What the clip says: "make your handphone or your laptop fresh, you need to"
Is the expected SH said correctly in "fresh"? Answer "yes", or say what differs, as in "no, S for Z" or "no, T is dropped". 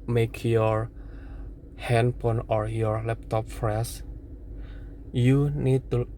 no, S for SH